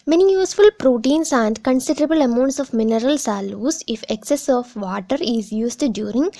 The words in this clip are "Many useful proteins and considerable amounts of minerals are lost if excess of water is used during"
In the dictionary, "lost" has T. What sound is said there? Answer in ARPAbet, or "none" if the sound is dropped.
none